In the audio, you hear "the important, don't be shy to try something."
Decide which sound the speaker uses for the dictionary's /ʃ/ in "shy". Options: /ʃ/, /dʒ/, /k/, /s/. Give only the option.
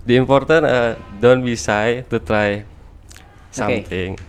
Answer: /s/